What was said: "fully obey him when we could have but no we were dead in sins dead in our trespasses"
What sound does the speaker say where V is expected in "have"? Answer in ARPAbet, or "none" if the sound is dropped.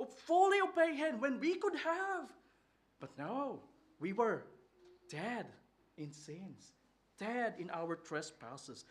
V